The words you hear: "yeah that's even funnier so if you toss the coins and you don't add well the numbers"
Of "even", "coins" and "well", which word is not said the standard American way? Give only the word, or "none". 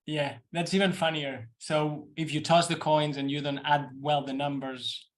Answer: none